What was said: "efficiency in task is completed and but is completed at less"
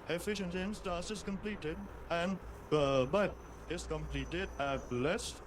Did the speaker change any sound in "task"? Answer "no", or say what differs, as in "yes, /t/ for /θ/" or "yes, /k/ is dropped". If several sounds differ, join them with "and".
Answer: yes, /k/ is dropped